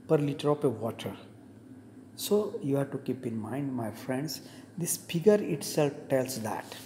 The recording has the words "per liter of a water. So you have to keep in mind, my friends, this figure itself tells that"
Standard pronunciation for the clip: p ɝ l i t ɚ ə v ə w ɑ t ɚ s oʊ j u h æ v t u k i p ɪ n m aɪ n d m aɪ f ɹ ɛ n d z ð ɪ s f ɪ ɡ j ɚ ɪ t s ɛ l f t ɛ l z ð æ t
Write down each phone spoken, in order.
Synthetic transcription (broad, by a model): p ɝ l i t ɚ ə p ə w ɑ t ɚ s oʊ j u h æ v t u k i p ɪ n m aɪ n d m aɪ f ɹ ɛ n d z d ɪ s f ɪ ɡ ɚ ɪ t s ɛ l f t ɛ l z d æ t